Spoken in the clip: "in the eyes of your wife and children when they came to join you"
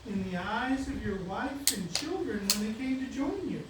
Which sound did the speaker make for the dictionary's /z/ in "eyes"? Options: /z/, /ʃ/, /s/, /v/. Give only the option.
/z/